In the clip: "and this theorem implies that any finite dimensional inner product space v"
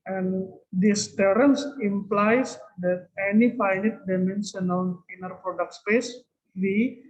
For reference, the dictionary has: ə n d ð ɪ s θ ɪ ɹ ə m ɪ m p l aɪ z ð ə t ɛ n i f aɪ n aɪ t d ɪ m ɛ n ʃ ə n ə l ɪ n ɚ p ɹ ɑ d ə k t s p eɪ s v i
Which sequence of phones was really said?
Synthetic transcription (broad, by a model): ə n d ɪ s t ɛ ɹ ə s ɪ m p l aɪ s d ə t ɛ n i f aɪ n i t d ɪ m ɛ n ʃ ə n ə n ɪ n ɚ p ɹ ɑ d ə k t s p eɪ s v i